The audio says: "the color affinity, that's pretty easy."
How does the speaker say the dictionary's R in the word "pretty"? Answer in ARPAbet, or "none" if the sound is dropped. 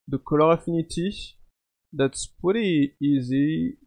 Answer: none